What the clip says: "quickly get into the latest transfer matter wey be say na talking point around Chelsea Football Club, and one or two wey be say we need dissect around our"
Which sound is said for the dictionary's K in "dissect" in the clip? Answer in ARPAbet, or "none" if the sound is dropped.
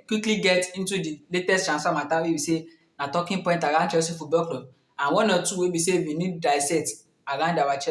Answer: none